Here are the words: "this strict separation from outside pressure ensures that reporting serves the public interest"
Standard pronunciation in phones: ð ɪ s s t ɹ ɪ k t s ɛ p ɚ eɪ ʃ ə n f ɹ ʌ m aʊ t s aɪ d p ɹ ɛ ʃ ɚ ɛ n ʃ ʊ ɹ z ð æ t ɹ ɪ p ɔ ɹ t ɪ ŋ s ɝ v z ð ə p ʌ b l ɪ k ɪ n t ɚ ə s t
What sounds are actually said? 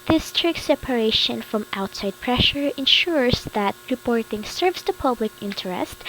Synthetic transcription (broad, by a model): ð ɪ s s t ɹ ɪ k s ɛ p ɚ eɪ ʃ ə n f ɹ ʌ m aʊ t s aɪ d p ɹ ɛ ʃ ɚ ɛ n ʃ ʊ ɹ z ð æ t ɹ ɪ p ɔ ɹ t ɪ ŋ s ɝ v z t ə p ʌ b l ɪ k ɪ n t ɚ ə s t